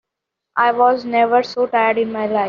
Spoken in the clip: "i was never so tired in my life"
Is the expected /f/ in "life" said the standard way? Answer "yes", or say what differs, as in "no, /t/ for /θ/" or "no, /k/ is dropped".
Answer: no, /f/ is dropped